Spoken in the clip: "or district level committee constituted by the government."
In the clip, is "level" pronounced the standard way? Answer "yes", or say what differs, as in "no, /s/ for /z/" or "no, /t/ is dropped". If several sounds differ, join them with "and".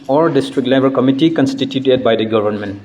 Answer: no, /b/ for /v/